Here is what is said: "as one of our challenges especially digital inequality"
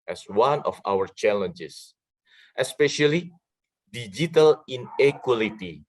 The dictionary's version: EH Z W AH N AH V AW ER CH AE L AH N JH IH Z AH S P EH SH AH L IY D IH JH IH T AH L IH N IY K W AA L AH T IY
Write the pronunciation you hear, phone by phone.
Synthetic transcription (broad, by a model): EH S W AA N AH F AW ER CH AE L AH N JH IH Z AH S P EH SH AH L IY D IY JH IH T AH L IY N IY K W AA L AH T IY